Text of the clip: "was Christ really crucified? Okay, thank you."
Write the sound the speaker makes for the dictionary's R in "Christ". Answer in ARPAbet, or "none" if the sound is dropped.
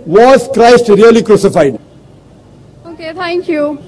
R